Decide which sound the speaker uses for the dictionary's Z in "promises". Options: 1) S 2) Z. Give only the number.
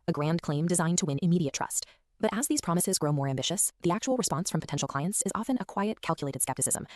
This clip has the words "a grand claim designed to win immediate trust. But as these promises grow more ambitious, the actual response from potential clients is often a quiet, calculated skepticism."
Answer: 2